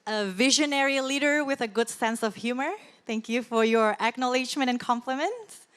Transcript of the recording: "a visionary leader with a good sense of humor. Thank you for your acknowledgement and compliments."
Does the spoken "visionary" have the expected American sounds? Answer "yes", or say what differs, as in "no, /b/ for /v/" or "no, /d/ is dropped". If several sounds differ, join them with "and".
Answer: yes